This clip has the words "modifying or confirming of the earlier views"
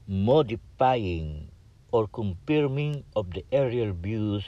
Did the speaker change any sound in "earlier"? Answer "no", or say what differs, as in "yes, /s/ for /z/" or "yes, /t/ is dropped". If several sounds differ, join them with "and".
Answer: yes, /l/ is dropped